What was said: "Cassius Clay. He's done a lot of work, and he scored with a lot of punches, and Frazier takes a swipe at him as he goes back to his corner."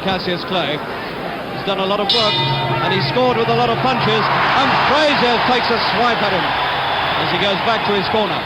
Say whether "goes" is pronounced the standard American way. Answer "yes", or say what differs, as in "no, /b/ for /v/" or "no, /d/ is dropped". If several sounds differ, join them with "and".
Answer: yes